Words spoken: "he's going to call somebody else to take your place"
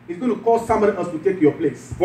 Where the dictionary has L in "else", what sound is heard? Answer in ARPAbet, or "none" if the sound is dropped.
none